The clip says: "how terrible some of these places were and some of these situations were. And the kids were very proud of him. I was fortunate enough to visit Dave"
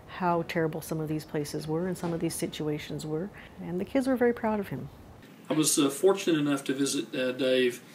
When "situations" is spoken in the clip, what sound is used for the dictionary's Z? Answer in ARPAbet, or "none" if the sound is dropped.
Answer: Z